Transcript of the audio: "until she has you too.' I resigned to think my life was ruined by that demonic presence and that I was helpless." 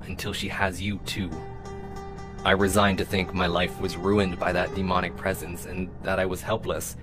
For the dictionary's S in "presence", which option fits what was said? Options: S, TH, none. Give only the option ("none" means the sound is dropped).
S